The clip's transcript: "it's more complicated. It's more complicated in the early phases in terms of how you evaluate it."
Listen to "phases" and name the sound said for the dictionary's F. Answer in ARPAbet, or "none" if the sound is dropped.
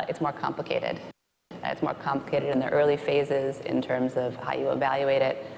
F